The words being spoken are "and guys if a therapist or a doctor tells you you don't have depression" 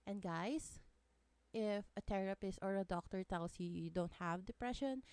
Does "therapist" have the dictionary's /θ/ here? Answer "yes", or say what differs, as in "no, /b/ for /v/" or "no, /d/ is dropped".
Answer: no, /t/ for /θ/